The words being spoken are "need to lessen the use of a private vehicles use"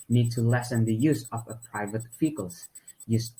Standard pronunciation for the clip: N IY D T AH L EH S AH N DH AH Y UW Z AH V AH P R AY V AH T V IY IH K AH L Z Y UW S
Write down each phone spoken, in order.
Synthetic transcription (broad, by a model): N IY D T AH L EH S AH N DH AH Y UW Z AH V AH P R AY V AH T F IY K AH L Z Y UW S